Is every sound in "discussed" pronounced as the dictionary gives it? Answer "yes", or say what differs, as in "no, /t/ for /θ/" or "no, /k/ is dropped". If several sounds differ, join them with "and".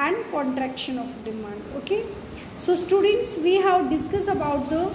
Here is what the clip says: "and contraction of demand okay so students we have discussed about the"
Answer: no, /t/ is dropped